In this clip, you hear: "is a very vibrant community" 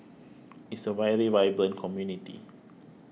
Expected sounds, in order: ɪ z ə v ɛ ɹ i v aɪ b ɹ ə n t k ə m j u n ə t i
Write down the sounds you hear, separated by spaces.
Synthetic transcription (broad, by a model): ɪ s ə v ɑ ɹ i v aɪ b l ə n k ə m j u n ə t i